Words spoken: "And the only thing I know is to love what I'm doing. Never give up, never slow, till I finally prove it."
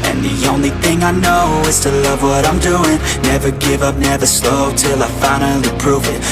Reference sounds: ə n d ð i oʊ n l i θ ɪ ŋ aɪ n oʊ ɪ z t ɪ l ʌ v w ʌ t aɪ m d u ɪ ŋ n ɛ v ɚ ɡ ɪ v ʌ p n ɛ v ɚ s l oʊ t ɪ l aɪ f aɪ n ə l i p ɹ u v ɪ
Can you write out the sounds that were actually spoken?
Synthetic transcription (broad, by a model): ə n ð i oʊ n l i θ ɪ ŋ aɪ n oʊ ɪ z t ɪ l ʌ v w ʌ t aɪ m d u ɪ ŋ n ɛ v ɚ ɡ ɪ v ʌ p n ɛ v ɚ s l oʊ t ɪ l aɪ f aɪ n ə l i p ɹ u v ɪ